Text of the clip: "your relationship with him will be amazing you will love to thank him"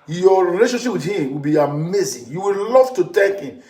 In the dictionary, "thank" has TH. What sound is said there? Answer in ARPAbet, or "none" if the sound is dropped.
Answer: T